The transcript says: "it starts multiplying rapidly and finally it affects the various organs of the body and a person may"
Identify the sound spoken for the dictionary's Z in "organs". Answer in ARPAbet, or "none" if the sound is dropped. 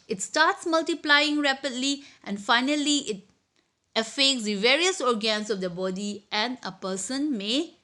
S